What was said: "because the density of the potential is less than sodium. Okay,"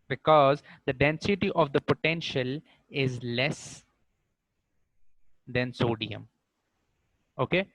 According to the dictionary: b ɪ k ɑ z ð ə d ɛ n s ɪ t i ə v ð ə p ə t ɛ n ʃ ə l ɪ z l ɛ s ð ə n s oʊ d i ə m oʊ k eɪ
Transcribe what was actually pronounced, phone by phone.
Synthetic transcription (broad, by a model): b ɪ k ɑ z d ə d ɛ n s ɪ t i ə v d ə p ə t ɛ n ʃ ə l ɪ z l ɛ s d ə n s oʊ d i ə m oʊ k eɪ